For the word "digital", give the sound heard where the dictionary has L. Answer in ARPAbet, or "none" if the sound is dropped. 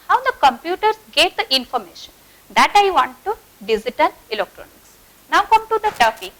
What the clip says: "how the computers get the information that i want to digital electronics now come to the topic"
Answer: N